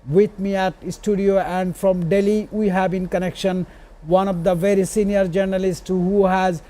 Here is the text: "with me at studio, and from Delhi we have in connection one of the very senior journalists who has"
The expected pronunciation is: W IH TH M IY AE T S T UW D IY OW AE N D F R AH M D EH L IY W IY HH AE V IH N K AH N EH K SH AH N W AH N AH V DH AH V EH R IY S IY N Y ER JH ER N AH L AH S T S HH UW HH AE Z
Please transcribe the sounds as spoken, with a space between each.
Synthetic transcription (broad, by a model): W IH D M IY AE T S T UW D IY OW AE N D F R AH M D EH L IY W IY HH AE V IH N K AH N EH K SH AH N W AH N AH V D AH V EH R IY S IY N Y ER JH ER N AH L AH S T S HH UW HH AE Z